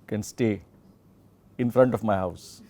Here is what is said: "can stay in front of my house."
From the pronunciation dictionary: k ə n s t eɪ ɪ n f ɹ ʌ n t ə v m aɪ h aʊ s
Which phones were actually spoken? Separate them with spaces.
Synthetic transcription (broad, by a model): k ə n s t eɪ ɪ n f ɹ ʌ n t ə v m aɪ h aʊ s